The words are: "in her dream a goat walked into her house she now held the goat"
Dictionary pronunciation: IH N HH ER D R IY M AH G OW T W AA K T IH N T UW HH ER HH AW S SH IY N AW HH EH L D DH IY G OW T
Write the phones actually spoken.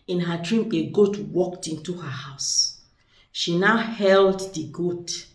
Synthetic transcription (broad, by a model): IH N HH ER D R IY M AH G OW T W AA K T IH N T UW HH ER HH AW S SH IY N AW HH EH L D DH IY G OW T